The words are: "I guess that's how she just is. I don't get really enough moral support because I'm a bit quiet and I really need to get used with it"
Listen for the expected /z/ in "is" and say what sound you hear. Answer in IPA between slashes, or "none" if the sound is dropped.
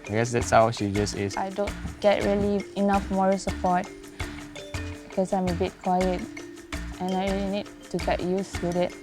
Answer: /s/